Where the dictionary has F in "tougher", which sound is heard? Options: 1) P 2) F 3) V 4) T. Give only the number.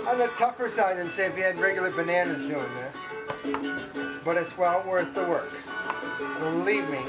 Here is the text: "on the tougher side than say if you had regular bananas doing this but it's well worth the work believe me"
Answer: 1